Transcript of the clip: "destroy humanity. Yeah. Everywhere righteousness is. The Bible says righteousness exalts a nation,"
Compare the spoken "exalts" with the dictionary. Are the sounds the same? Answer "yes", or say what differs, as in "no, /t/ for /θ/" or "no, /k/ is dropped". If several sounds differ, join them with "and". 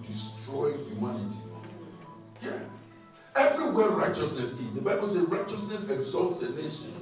yes